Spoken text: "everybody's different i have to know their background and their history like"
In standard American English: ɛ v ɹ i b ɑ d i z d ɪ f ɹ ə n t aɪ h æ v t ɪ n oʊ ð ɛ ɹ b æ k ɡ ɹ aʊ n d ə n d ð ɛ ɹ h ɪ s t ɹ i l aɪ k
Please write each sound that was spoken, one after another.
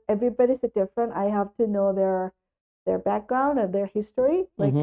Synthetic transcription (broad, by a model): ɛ v ɹ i b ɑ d i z d ɪ f ɹ ə n t aɪ h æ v t ɪ n oʊ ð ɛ ɹ b æ k ɡ ɹ aʊ n d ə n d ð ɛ ɹ h ɪ s t ɹ i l aɪ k